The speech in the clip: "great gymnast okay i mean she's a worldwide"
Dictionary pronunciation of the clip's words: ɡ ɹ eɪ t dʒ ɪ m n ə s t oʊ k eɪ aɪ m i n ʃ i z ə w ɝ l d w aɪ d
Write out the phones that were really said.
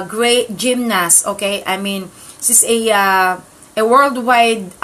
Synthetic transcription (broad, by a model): ɡ ɹ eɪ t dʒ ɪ m n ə s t oʊ k eɪ aɪ m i n s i s ə w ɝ l d w aɪ d